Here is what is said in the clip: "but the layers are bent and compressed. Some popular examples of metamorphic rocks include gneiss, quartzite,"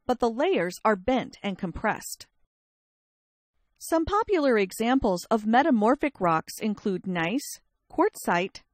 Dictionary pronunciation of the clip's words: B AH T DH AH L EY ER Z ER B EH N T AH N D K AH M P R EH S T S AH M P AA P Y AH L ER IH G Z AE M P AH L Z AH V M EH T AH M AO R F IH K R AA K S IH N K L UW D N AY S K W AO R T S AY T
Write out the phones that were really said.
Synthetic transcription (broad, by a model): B AH T DH AH L EY ER Z ER B EH N T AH N K AH M P R EH S T S AH M P AA P Y L ER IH G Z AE M P L Z AH V M EH T AH M AO R F IH K R AA K S IH N K L UW D N AY S K AO R T S AY T